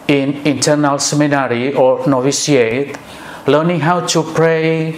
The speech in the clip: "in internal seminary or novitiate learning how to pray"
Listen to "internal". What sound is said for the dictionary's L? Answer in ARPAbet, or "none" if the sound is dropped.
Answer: L